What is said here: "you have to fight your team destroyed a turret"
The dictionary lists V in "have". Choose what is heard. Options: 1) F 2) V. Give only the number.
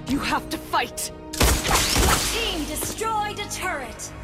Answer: 1